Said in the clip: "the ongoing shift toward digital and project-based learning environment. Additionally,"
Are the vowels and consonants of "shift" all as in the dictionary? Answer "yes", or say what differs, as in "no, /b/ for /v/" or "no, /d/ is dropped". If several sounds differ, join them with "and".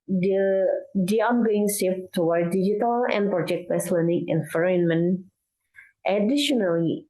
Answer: no, /s/ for /ʃ/